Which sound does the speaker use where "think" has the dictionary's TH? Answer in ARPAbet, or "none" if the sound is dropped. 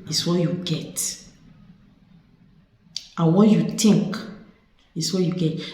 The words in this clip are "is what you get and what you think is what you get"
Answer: T